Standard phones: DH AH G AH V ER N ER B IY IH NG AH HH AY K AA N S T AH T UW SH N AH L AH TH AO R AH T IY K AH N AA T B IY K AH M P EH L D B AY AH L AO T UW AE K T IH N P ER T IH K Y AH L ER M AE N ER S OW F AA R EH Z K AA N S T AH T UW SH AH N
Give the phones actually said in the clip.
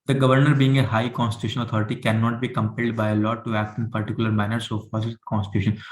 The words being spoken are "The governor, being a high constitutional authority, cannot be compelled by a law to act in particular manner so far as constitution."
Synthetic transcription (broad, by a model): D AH G AH V ER N ER B IY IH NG AH HH AY K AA N S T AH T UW SH AH N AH T AO R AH T IY K AH N AA T B IY K AH M P EH L D B AY AH L AO T UW AE K T IH N P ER T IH K Y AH L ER M AE N ER S OW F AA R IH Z K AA N S T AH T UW SH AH N